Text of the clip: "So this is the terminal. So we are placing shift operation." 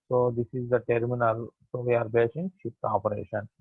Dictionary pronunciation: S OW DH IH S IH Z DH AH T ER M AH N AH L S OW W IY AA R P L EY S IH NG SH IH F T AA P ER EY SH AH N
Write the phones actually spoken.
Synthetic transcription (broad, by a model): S OW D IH S IH Z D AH T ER M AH N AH L S OW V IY AA R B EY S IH NG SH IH P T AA P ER EY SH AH N